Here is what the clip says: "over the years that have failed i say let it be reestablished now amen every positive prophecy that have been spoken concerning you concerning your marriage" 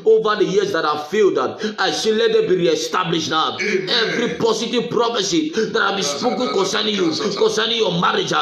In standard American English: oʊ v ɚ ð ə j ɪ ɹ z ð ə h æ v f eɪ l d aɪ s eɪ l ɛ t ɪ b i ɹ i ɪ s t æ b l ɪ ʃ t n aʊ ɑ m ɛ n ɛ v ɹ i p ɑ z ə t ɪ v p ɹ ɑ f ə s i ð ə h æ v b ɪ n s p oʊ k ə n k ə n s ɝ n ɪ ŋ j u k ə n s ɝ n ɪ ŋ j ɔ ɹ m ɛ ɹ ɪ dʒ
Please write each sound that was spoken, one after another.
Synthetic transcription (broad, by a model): oʊ v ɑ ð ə j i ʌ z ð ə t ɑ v f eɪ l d aɪ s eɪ l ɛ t ɪ b i ɹ i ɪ s t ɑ b l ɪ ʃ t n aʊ ɑ ʊ ɛ v ɹ i p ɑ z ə t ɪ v p ɹ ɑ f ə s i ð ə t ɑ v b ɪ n s p oʊ k ə n k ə n s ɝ n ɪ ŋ j u k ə n s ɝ n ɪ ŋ j ɔ m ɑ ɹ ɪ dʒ